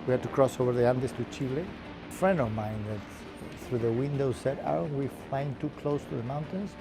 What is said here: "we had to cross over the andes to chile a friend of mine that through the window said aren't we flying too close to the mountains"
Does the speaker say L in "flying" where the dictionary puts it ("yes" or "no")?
no